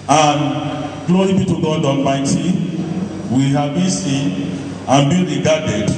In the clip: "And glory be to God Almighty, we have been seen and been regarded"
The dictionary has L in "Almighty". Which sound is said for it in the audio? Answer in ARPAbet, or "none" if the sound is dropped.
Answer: N